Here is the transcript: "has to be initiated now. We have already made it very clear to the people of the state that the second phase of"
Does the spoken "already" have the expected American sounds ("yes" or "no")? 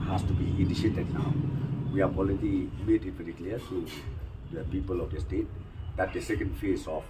no